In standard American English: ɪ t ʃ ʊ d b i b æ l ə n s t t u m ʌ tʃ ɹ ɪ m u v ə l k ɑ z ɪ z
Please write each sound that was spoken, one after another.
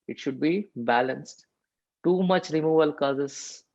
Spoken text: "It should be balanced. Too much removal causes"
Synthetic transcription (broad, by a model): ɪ t ʃ ʊ d b i b æ l ə n s t t u m ʌ tʃ ɹ ɪ m u v ə l k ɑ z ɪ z